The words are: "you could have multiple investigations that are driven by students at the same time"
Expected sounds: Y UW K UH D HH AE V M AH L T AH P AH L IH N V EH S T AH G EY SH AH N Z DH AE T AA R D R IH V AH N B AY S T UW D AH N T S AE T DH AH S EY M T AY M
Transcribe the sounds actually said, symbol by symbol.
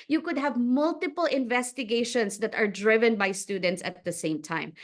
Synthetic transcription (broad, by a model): Y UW K UH D HH AE V M AH L T AH P AH L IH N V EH S T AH G EY SH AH N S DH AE T AA R D R IH V AH N B AY S T UW D AH N T S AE T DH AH S EY M T AY M